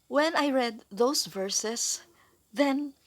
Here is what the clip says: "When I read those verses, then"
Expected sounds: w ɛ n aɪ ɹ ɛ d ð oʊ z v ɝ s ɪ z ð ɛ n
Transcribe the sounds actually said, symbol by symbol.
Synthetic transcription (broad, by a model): w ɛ n aɪ ɹ ɛ d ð oʊ s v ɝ s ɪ s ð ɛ n